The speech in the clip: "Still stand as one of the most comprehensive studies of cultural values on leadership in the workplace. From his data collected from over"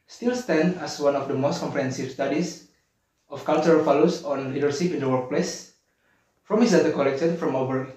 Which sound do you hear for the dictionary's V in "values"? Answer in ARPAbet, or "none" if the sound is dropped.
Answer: F